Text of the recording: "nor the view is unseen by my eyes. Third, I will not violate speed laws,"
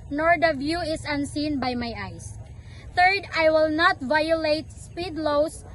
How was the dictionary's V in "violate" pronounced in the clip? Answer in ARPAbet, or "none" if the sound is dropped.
V